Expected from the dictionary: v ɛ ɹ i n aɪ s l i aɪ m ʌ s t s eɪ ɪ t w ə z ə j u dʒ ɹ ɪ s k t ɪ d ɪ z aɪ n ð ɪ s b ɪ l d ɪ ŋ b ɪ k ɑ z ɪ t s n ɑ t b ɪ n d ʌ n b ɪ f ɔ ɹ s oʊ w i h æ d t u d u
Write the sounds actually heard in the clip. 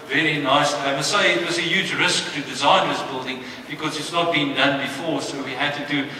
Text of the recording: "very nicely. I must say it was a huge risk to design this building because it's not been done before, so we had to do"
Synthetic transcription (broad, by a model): v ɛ ɹ i n aɪ s i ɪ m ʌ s s eɪ ɪ t w ə z ə j u dʒ ɹ ɪ s k t ɪ d ɪ z aɪ n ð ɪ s b ɪ l d ɪ ŋ b ɪ k ɑ z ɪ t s n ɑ t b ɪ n d ʌ n b ɪ f ɔ ɹ s oʊ w i h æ d t u d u